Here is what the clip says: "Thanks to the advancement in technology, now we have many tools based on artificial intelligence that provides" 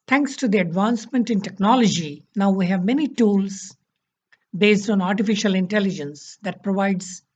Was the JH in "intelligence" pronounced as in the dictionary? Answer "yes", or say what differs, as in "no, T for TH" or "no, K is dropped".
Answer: yes